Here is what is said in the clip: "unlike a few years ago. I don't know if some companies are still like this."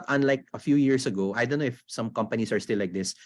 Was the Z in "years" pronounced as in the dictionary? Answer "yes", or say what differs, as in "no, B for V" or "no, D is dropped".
no, S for Z